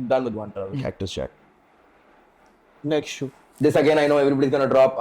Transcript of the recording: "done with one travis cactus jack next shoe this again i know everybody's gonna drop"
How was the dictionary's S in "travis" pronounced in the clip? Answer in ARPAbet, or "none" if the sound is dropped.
none